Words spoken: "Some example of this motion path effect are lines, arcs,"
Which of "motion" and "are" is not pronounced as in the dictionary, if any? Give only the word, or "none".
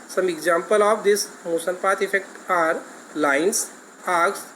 motion